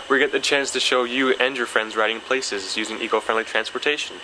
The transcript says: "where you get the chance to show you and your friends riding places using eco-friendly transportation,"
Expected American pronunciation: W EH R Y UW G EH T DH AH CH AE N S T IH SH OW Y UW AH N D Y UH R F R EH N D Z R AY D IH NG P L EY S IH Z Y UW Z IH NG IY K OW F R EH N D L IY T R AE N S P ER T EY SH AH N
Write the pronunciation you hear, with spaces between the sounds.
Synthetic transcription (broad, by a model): W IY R G EH T DH AH CH AE N S T IH SH OW Y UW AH N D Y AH R F R EH N D Z R AY D IH NG P L EY S IH Z Y UW Z IH NG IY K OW F R EH N D L IY T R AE N S P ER T EY SH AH N